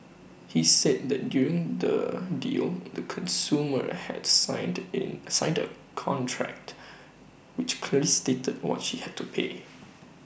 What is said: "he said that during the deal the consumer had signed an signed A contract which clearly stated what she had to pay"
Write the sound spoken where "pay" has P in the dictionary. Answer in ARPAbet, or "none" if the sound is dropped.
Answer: P